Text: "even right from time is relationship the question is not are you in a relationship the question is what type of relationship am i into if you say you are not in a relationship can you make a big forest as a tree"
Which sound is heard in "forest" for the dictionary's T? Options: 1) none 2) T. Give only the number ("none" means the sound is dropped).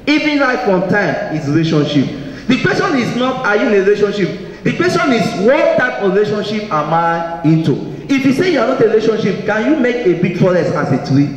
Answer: 1